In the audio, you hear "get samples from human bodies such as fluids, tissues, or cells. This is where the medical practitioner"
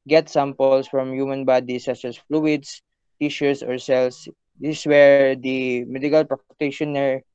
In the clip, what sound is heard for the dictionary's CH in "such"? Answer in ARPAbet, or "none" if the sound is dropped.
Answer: S